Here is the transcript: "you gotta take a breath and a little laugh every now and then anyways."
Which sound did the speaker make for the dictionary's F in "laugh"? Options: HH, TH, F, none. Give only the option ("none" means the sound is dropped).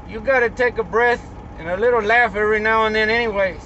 F